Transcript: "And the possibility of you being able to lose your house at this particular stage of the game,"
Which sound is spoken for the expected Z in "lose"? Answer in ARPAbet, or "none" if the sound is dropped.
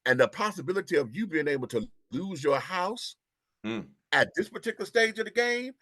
Z